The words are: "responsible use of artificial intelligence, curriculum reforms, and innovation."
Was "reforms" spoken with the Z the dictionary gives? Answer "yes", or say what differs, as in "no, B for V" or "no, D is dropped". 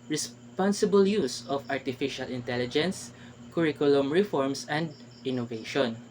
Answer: no, S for Z